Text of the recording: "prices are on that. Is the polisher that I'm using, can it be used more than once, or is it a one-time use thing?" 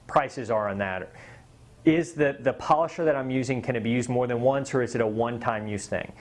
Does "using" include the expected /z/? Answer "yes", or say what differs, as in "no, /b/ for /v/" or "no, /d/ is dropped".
yes